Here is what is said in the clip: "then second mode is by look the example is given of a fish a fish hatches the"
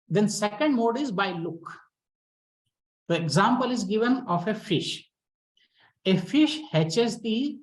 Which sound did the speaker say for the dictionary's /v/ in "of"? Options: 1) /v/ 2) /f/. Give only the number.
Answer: 2